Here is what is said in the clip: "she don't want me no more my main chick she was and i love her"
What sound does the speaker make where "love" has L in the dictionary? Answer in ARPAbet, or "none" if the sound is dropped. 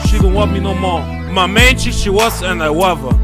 W